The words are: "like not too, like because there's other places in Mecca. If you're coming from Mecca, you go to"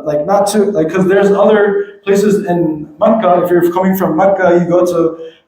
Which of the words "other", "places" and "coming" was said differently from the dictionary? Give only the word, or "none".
none